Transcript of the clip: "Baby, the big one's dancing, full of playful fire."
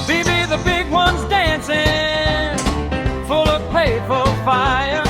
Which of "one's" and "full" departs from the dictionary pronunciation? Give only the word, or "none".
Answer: none